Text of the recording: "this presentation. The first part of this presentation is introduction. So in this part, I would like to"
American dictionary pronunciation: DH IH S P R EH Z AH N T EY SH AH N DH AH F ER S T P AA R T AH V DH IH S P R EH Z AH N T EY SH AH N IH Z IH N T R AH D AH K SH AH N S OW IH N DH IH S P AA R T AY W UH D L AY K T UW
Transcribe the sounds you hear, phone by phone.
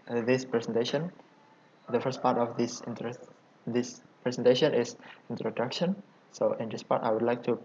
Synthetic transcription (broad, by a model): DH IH S P R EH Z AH N T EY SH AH N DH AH F ER S T P AA R T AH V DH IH S P R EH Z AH N T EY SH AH N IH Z IH N T R AH D AH K SH AH N S OW IH N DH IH S P AA R T AY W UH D L AY K T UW